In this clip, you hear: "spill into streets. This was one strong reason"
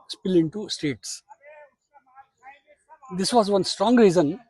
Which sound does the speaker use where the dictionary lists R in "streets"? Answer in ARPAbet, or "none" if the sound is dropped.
none